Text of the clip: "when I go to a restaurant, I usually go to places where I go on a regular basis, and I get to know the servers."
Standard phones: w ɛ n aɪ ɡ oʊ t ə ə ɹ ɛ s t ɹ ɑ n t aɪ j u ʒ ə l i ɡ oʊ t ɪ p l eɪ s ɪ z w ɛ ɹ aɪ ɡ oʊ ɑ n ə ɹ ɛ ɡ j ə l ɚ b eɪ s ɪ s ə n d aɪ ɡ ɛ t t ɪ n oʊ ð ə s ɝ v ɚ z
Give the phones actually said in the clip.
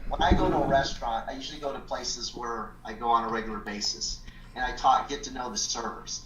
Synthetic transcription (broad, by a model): w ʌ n aɪ ɡ oʊ t ə ə ɹ ɛ s t ɹ ɑ n t aɪ j u ʒ l i ɡ oʊ t ɪ p l eɪ s ɪ z w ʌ ɹ aɪ ɡ oʊ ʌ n ə ɹ ɛ ɡ j l ɚ b eɪ s ɪ s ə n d aɪ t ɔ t t ɪ n oʊ ð ə s ɝ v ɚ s